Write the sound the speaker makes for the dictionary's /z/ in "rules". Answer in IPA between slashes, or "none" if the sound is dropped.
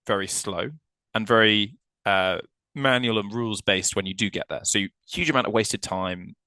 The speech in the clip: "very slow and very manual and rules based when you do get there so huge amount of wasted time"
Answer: /z/